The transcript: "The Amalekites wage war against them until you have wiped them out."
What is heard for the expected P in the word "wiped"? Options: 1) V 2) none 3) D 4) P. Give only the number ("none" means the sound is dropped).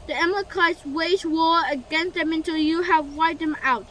2